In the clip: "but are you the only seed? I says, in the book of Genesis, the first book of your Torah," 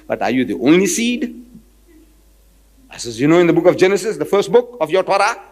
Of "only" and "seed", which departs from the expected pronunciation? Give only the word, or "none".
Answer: none